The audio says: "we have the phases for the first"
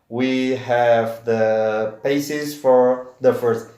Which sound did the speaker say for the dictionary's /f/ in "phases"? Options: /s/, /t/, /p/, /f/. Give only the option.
/p/